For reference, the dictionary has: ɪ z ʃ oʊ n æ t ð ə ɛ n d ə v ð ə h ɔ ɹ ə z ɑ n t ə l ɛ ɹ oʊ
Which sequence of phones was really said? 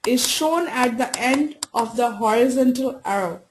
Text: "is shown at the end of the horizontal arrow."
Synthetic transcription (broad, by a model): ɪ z ʃ oʊ n æ t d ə ɛ n d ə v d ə h ɔ ɹ ə z ɑ n t ə l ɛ ɹ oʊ